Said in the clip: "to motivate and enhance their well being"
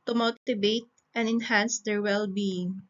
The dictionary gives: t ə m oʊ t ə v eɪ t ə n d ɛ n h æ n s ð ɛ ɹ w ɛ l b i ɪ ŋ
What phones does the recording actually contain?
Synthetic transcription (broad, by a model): t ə m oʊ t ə b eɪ t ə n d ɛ n h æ n s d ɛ ɹ w ɛ l b i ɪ ŋ